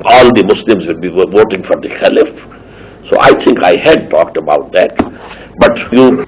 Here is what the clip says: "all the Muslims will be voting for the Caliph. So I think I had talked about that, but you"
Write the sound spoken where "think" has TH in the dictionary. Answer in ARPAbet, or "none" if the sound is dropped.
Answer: T